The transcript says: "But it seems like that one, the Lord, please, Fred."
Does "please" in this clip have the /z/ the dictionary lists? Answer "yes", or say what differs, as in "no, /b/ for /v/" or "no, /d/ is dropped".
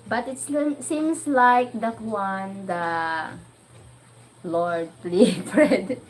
no, /z/ is dropped